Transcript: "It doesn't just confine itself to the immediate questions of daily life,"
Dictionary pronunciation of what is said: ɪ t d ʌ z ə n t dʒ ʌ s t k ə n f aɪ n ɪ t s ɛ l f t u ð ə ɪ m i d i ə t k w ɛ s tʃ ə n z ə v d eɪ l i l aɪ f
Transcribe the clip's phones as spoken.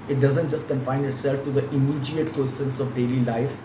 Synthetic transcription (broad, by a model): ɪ t d ʌ z ə n t dʒ ʌ s t k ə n f aɪ n ɪ t s ɛ l f t u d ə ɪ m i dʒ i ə t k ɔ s ə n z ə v d eɪ l i l aɪ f